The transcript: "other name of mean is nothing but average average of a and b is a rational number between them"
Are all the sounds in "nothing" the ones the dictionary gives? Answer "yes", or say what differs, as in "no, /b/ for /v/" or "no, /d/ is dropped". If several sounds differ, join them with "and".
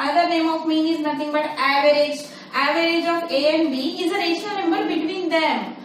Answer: no, /t/ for /θ/